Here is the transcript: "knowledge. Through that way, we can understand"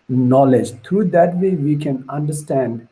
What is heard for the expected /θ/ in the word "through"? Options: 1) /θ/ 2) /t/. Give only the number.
2